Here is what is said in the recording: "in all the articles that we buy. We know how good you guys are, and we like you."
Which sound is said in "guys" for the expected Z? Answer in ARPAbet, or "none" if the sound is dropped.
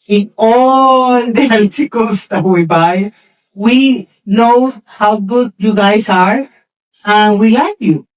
S